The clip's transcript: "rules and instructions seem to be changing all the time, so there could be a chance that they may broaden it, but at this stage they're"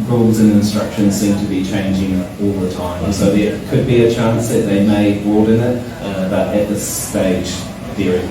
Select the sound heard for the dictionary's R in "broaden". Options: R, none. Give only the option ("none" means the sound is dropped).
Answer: none